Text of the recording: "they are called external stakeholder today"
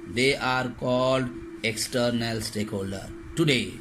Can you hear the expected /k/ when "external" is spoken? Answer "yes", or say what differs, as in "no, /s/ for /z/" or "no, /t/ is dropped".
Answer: yes